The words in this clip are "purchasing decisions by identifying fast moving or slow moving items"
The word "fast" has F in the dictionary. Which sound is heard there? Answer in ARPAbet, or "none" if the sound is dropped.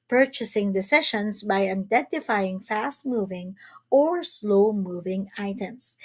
F